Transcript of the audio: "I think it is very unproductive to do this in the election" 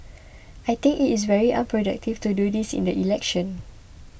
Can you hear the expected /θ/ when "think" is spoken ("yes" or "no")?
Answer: no